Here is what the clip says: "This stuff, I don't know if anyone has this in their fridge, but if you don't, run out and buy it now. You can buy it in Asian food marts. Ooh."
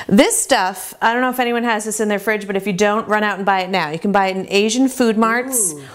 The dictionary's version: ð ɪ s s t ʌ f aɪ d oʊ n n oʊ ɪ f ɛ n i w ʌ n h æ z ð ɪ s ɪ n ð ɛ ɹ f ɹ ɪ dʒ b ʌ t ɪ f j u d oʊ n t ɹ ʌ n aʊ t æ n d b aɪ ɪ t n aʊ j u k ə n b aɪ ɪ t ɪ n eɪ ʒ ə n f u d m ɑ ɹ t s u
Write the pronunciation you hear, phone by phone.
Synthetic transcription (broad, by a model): ð ɪ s s t ʌ f aɪ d oʊ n n oʊ ɪ f ɛ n i w ʌ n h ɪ z ð ɪ s ɪ n ð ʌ ɹ f ɹ ɪ dʒ b ʌ t ɪ f j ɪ d oʊ n t ɹ ʌ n aʊ t n b aɪ ɪ t n aʊ j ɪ k n b aɪ ɪ t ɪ n eɪ ʒ ə n f u d m ɑ ɹ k s